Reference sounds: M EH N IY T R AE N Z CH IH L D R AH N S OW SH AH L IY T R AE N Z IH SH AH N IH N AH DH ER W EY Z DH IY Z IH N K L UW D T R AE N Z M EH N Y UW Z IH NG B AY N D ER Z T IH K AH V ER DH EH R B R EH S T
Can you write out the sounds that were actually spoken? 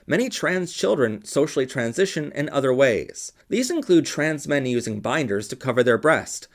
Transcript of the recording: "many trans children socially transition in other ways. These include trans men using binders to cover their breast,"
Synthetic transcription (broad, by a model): M EH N IY T R AE N Z CH IH L D R AH N S OW SH L IY T R AE N Z IH SH AH N IH N AH DH ER W EY Z DH IY Z IH N K L UW D T R AE N Z M EH N Y UW Z IH NG B AY N D ER Z T IH K AH V ER DH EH R B R EH S T